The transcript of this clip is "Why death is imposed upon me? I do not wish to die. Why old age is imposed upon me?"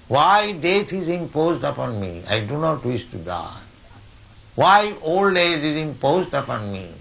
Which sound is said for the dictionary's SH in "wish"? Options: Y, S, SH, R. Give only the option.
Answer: S